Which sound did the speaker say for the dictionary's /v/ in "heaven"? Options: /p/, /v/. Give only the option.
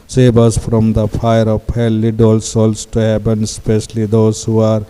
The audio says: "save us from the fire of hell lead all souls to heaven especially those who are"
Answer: /p/